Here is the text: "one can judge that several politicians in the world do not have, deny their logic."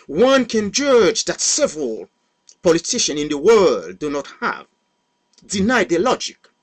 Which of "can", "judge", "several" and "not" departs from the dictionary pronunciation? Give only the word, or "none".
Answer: none